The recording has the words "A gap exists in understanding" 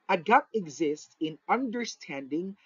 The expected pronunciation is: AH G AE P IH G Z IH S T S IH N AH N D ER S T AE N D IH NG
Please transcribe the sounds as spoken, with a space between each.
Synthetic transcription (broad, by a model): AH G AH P IH G Z IH S T S IH N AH N D ER S T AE N D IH NG